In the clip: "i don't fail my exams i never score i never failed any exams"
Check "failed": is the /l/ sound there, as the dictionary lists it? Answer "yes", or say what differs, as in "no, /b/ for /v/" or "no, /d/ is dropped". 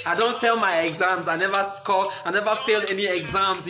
yes